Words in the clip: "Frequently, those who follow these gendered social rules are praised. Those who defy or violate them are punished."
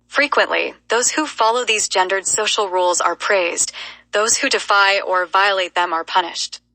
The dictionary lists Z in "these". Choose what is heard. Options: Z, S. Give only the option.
Z